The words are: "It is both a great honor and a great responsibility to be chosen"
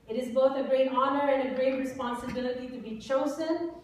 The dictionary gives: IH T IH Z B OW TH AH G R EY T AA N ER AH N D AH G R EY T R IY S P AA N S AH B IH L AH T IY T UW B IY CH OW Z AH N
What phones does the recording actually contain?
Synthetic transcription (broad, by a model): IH T IH Z B OW TH AH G R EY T AA N ER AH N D AH G R EY T R IY S P AA N S AH B IH L AH T IY T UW B IY CH OW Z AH N